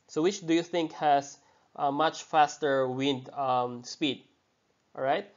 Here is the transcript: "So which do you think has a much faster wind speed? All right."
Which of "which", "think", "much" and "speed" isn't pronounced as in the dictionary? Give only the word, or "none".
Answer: none